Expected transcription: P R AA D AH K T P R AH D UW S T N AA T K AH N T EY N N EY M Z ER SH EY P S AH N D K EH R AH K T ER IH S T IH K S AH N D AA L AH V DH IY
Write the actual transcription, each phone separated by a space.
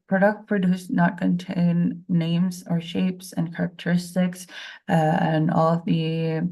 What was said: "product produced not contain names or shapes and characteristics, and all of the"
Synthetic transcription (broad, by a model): P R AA D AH K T P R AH D UW S N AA T K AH N T EY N N EY M Z ER SH EY P S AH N K EH R AH K T ER IH S T IH K S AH N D AA L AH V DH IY